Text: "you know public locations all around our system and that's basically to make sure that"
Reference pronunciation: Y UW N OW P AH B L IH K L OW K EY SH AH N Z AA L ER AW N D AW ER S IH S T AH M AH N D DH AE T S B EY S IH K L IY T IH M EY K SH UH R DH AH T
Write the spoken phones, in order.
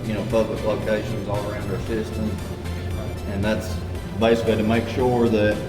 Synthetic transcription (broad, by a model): Y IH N OW P AH B L IH K L OW K EY SH AH N Z AA L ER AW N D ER S IH S T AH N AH N DH AE T S B EY S IH K L IY T IH M EY K SH UH R DH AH T